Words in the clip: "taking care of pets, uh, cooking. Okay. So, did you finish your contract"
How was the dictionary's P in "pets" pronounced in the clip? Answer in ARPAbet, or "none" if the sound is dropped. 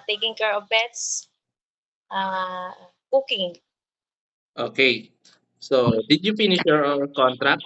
B